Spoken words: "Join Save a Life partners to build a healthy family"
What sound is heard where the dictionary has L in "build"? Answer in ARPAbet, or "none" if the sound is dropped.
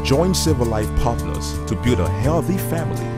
none